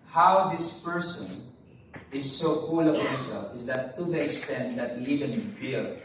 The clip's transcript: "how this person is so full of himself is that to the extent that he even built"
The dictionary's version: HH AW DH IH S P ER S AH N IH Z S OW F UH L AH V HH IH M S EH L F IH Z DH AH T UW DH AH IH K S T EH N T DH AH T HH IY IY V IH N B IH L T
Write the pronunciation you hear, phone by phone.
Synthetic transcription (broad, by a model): HH AW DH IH S P ER S AH N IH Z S OW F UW L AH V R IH S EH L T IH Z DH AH T UW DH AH IH K S T EH N T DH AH T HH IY IY V IH N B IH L